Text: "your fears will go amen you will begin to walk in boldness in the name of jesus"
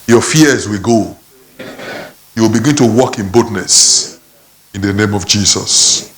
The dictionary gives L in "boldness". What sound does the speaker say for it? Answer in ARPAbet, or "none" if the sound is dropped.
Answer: none